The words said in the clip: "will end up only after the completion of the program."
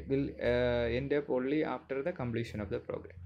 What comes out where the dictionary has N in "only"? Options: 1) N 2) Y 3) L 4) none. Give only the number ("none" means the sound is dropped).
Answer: 4